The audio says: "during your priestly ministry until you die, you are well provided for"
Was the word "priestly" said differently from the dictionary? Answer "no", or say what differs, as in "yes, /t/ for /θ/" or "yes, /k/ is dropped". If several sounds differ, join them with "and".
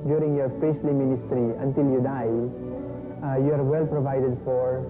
yes, /ɹ/ is dropped